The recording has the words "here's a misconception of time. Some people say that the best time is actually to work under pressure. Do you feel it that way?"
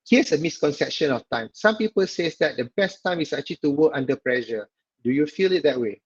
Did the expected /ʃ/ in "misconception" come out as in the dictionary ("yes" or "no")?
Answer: yes